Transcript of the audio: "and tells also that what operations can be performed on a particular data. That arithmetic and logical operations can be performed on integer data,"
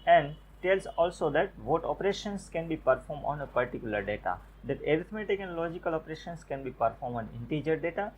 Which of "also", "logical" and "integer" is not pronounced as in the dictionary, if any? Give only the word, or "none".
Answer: none